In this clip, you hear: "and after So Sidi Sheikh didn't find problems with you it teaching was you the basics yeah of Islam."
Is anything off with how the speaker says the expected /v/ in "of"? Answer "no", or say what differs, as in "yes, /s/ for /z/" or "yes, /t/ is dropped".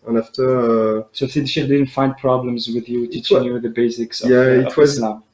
yes, /w/ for /v/